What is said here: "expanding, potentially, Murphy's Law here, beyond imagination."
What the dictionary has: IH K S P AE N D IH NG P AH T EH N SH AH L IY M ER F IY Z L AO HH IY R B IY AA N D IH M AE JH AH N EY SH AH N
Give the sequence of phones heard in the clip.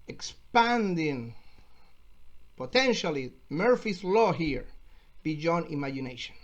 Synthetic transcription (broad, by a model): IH K S P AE N D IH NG P AH T EH N SH AH L IY M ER F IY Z L AO HH IY R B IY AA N IH M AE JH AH N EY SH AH N